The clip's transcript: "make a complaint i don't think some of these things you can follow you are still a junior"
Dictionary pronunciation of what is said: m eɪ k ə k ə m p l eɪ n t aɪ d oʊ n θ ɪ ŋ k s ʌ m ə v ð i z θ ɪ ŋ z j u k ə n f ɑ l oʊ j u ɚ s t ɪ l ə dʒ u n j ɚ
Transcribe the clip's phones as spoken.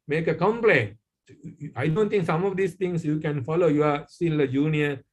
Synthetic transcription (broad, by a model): m eɪ k ə k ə m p l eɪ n aɪ d oʊ n t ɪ ŋ k s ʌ m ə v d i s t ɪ ŋ s j u k ə n f ɑ l oʊ j u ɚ s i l ə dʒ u n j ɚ